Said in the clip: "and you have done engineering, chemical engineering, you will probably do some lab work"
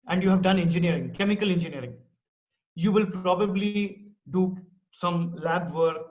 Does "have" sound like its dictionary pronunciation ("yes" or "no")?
yes